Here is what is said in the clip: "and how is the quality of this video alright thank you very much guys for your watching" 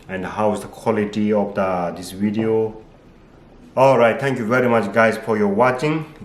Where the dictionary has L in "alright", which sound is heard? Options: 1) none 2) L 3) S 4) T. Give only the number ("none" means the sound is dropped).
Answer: 2